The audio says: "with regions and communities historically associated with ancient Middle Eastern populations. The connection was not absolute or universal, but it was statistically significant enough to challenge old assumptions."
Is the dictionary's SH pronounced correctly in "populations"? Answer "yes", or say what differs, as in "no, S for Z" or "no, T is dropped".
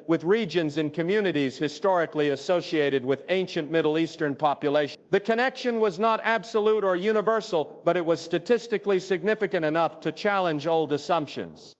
no, SH is dropped